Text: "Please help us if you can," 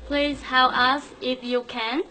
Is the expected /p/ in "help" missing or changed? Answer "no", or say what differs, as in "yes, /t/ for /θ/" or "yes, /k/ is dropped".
yes, /p/ is dropped